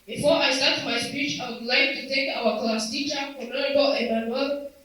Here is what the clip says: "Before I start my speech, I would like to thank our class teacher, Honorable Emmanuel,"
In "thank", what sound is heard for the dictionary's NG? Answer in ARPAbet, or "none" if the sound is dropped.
none